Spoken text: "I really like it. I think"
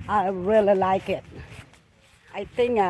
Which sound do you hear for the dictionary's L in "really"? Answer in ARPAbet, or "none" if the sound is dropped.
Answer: L